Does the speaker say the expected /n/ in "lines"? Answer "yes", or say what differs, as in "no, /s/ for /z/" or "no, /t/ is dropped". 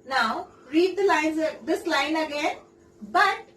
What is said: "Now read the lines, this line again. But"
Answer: yes